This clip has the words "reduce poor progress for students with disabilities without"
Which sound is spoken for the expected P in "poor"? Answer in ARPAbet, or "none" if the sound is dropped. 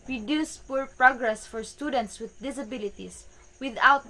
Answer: P